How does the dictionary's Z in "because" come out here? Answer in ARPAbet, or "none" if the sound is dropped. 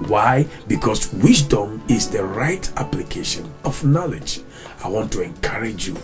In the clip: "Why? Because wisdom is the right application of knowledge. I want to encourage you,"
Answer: S